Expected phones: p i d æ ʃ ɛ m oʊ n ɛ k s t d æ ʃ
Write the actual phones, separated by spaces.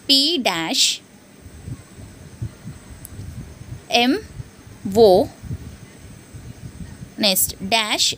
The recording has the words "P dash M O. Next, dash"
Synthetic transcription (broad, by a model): p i d æ ʃ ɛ m oʊ n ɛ s t d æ ʃ